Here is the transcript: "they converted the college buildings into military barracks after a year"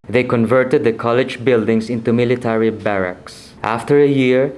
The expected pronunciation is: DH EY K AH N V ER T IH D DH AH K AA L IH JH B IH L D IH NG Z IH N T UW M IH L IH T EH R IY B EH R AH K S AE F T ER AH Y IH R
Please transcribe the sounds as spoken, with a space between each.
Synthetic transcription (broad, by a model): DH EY K AH N V ER T IH D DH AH K AA L IH JH B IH L D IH NG S IH N T UW M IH L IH T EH R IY B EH R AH K S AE F T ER AH Y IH R